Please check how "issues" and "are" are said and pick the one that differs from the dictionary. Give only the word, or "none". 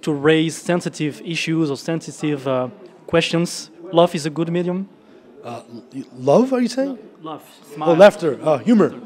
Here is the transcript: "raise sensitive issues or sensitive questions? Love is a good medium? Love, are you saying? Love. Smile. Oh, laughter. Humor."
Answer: none